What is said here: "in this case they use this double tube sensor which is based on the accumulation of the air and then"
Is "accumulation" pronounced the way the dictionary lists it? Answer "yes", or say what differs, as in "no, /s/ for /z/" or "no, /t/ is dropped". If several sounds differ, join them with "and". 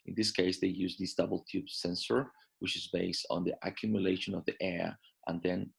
yes